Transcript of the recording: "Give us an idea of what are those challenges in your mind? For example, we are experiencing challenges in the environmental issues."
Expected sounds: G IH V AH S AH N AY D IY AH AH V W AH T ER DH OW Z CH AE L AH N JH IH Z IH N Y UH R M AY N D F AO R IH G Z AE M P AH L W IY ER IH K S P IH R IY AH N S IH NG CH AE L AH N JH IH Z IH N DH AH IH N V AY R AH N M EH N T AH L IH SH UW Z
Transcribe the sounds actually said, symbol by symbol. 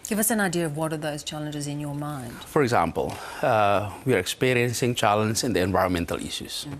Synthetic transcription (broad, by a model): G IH V AH S AH N AY D IY AH AH V W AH T ER DH OW Z CH AE L AH N JH IH Z IH N Y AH R M AY N D F AO R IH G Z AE M P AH L W IY ER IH K S P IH R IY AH N S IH NG CH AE L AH N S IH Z IH N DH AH IH N V AY R AH N M EH N T AH L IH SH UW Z